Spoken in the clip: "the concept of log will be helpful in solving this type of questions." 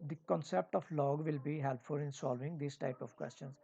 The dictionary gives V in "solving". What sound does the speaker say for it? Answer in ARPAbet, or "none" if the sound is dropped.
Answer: V